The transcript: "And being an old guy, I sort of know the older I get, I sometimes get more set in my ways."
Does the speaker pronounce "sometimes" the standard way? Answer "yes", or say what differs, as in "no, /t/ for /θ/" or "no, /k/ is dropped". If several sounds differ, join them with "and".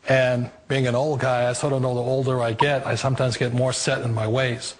yes